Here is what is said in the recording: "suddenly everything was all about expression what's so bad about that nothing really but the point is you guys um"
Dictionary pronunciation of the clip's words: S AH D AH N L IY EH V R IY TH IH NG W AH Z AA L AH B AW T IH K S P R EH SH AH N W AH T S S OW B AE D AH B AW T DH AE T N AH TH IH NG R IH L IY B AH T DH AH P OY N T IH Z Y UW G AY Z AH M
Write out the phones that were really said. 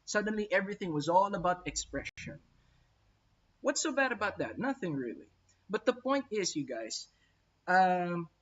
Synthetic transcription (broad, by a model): S AH D N L IY EH V R IY TH IH NG W AH Z AA L AH B AW T IH K S P R EH SH AH N W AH T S S OW B AE D AH B AW T DH AE T N AH TH IH NG R IH L IY B AH T DH AH P OY N T IH Z Y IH G AY Z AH M